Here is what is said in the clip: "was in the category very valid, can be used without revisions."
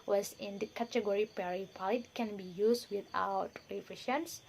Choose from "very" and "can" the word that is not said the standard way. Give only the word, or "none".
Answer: very